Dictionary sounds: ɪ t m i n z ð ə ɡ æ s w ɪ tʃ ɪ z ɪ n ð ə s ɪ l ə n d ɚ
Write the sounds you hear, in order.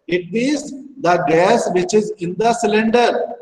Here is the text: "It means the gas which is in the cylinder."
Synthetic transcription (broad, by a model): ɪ t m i z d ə ɡ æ s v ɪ tʃ ɪ z ɪ n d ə s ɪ l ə n d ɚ